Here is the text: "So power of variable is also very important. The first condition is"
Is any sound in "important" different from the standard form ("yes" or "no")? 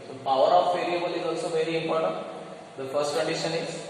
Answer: yes